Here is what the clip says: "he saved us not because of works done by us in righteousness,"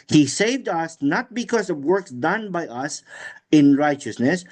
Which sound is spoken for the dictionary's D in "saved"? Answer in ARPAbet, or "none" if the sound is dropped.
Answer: D